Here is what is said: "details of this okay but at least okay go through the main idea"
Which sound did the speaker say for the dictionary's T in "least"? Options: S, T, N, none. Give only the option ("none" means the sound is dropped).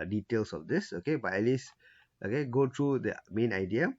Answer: T